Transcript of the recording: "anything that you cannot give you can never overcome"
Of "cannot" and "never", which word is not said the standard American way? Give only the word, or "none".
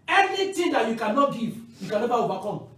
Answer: never